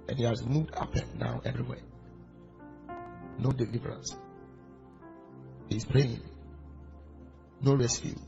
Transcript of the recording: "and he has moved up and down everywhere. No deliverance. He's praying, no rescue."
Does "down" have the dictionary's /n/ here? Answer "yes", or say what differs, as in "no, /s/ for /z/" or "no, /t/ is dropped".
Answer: no, /n/ is dropped